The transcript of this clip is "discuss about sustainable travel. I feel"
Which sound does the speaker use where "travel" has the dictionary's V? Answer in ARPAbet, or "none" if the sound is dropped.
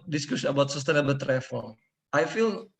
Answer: F